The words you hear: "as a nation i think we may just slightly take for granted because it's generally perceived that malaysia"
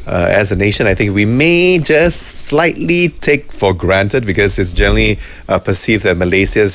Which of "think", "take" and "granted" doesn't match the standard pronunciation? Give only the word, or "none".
none